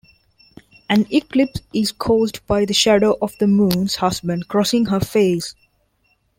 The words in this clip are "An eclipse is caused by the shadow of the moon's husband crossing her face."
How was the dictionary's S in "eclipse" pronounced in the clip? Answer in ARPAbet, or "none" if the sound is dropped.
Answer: S